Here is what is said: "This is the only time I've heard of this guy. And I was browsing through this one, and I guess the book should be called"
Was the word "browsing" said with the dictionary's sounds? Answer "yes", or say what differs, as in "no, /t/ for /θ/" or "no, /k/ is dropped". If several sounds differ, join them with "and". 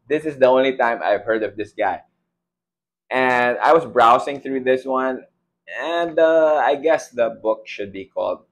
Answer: no, /s/ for /z/